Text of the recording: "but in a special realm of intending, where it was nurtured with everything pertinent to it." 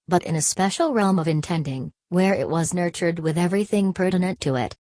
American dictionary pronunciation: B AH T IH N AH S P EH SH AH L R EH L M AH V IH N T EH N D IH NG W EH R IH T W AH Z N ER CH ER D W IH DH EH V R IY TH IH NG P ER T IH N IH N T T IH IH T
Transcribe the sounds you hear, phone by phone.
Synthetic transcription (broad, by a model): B AH T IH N AH S P EH SH L R EH L M AH V IH N T EH N D IH NG W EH R IH T W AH Z N ER CH ER D W IH DH EH V R IY TH IH NG P ER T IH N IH N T T IH IH T